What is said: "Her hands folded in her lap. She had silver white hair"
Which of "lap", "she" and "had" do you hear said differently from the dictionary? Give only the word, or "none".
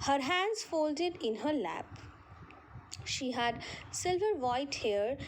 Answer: none